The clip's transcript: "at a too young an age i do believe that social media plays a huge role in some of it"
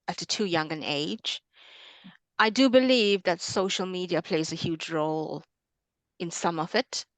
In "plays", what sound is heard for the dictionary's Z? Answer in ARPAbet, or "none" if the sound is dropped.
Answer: Z